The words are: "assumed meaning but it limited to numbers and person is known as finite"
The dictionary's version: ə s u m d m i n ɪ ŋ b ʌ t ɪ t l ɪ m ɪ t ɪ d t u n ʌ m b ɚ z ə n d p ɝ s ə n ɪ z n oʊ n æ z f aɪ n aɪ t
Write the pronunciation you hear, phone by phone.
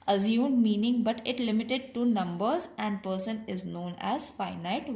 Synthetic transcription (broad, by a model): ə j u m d m i n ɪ ŋ b ʌ t ɪ t l ɪ m ɪ t ɪ d t u n ʌ m b ɚ z ə n d p ɝ s ə n ɪ z n oʊ n æ z f aɪ n aɪ t